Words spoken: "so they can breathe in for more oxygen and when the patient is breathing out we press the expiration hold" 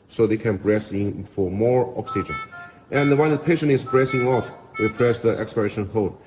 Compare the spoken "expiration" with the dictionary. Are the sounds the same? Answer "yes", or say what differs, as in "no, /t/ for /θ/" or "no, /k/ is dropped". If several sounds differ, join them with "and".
yes